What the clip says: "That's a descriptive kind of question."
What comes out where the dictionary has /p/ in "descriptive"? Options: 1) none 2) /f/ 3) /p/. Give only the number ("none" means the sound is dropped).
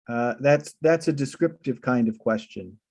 3